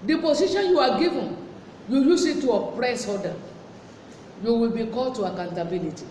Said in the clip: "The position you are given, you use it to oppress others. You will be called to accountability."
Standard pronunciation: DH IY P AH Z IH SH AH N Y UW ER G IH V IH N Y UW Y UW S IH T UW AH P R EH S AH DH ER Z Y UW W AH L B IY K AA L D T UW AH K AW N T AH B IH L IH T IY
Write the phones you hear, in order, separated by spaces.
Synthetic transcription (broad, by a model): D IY P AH S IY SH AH N Y UW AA G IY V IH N Y UW Y UW S IH T UW AH P R EH S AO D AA Y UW W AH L B IY K AA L T UW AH K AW N T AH B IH L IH T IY